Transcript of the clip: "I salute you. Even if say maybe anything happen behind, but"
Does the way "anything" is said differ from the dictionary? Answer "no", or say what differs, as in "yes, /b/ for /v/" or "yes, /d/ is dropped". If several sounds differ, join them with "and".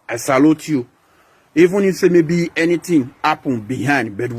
yes, /t/ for /θ/